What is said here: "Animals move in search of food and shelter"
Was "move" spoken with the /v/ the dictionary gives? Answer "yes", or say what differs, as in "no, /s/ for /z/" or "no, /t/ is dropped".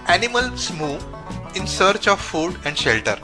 no, /v/ is dropped